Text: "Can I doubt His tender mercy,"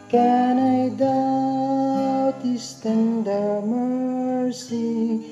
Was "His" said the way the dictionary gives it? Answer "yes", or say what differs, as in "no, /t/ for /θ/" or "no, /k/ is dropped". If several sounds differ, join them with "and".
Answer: no, /s/ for /z/